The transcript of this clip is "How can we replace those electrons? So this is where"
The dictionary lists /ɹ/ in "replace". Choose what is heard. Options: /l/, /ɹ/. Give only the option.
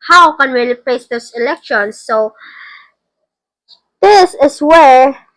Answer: /l/